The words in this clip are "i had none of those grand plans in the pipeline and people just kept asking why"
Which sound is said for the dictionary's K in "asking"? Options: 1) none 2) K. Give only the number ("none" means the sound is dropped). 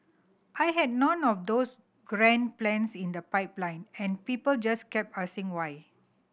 1